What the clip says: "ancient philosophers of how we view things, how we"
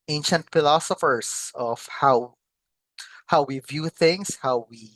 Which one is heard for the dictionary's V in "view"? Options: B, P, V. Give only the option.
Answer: V